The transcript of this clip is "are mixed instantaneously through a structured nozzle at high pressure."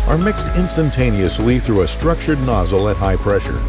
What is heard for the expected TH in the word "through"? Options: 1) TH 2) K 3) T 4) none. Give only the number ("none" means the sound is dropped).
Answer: 1